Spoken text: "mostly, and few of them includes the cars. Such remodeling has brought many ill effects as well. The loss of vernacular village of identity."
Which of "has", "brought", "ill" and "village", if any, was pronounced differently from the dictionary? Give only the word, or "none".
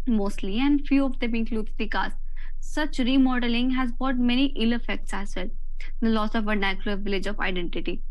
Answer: brought